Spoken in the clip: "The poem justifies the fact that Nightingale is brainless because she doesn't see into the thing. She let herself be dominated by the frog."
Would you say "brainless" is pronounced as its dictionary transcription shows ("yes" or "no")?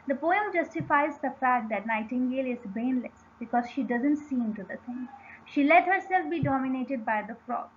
no